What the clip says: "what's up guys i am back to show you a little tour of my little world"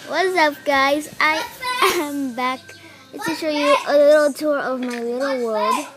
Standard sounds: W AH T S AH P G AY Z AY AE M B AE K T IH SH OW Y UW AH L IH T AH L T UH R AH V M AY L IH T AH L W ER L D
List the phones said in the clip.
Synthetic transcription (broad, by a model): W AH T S AH P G AY Z AY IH M B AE K S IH SH OW Y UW AH L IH T L T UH R AH V M AY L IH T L W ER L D